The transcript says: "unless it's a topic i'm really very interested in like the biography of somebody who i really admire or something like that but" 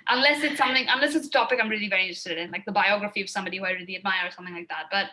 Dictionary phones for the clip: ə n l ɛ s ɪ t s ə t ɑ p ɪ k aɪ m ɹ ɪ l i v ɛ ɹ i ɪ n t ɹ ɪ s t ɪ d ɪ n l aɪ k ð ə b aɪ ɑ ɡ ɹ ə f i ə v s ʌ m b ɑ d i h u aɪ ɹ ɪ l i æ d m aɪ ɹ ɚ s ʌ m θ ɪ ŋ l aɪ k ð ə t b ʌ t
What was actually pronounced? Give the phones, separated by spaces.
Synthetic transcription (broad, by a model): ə n l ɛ s ɪ t s ə t ɑ p ɪ k aɪ m ɹ ɪ l i v ɛ ɹ i ɪ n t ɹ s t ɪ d ɪ n l aɪ k ð ə b aɪ ɑ ɡ ɹ ə f i ə v s ʌ m b ɑ d i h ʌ ɹ ɪ l i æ d m aɪ ɚ s ʌ m θ ɪ ŋ l aɪ k ð ə t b ʌ t